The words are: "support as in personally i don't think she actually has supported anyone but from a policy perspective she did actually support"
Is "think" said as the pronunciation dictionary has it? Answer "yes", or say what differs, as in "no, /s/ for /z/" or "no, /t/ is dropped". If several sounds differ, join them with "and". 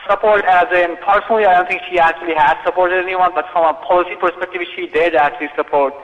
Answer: no, /t/ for /θ/